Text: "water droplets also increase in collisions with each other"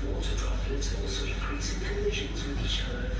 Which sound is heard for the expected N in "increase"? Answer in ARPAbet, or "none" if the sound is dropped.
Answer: none